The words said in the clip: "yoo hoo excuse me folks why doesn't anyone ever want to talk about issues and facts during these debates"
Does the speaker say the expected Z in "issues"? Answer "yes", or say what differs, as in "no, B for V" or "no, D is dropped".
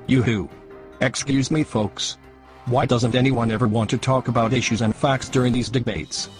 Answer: yes